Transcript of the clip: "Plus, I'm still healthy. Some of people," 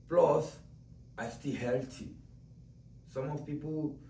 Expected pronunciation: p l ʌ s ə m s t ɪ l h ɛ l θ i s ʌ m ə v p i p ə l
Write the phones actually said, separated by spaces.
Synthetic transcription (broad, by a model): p l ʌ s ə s t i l h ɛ l t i s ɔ m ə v p i p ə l